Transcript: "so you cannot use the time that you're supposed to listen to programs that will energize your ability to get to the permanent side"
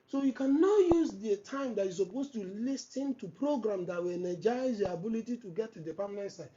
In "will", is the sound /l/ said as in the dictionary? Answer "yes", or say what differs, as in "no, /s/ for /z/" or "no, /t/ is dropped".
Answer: no, /n/ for /l/